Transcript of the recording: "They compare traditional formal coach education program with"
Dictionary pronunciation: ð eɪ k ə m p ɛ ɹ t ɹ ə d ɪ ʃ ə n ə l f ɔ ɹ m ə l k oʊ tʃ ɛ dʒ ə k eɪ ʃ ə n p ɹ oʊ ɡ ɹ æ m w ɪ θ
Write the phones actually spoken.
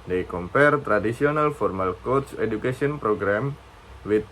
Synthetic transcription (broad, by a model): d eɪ k ə m p ɛ ɹ t ɹ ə d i s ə n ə l f ɔ ɹ m ə l k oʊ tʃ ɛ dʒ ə k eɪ s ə n p ɹ oʊ ɡ ɹ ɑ m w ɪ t